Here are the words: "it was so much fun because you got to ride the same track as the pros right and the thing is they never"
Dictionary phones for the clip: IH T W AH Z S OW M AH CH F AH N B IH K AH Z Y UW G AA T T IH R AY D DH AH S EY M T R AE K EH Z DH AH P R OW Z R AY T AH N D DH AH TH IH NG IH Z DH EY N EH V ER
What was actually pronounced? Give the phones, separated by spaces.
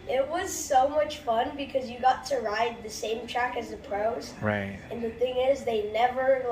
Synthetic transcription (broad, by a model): IH T W AH Z S OW M AH CH F AH N B IH K AH Z Y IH G AA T T IH R AY D DH AH S EY M T R AE K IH Z DH AH P R OW Z R AY T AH N DH AH TH IH NG IH Z DH EY N EH V ER